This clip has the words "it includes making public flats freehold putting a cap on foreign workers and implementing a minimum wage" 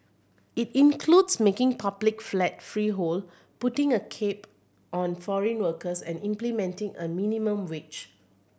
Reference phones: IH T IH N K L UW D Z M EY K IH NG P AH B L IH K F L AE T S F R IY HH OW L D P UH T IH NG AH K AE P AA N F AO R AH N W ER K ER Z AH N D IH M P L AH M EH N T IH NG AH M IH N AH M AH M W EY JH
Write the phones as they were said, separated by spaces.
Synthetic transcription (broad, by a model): IH T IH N K L UW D S M EY K IH NG P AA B L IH K F L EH T F R IY HH OW L P UH T IH NG AH K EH P AA N F AO R AH N W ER K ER S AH N IH M P L AH M EH N T IH NG AH M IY N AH M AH M W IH CH